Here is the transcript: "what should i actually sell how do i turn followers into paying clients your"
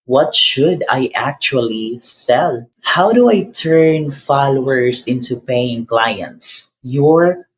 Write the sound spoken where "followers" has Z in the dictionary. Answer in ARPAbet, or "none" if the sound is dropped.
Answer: S